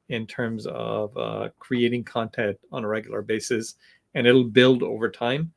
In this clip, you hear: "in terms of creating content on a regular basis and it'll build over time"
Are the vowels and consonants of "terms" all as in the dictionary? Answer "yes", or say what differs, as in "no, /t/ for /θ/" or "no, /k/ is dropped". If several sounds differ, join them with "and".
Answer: yes